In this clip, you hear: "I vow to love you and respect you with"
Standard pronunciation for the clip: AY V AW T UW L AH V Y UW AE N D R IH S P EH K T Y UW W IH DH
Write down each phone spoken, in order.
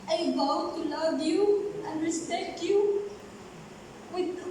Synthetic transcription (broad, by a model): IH B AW T UW L AH V Y UW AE N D R IH S P EH K T Y UW W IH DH